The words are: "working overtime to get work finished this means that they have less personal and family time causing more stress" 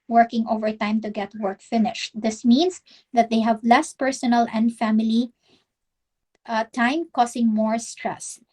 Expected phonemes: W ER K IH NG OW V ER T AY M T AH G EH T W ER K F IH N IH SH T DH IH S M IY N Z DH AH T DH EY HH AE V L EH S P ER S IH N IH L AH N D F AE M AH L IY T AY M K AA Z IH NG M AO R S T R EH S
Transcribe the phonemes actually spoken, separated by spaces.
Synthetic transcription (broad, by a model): W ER K IH NG OW V ER T AY M T AH G EH T W ER K F IH N IH SH T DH IH S M IY N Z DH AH T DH EY HH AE V L EH S P ER S IH N IH L AH N D F AE M AH L IY T AY M K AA S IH NG M AO R S T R EH S